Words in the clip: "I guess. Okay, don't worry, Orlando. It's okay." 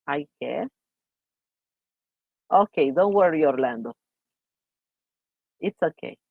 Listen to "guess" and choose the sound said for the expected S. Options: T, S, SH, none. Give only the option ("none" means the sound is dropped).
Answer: none